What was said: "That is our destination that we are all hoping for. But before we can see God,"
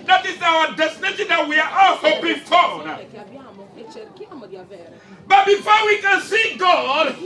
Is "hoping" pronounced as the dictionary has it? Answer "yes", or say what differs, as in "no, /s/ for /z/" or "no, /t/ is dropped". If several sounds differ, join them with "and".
no, /b/ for /p/